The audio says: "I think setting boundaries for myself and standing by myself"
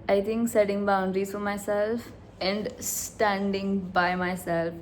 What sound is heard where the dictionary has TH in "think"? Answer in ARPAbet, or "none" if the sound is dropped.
T